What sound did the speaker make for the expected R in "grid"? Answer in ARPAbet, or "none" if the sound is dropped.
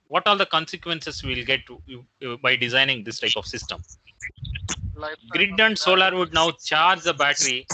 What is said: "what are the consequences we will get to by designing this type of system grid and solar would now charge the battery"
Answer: R